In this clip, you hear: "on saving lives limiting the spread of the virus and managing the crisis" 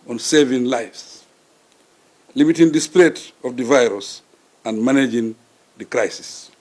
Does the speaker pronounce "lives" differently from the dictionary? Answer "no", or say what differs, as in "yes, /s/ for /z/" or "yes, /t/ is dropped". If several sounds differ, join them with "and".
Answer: yes, /s/ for /z/